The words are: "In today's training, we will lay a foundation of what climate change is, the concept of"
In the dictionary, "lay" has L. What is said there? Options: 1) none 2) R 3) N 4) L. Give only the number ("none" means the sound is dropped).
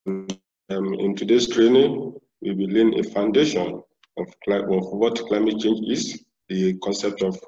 3